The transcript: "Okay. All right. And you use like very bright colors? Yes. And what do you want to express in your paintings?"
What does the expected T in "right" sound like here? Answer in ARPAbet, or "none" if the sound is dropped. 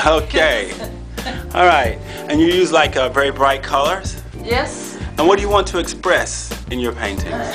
T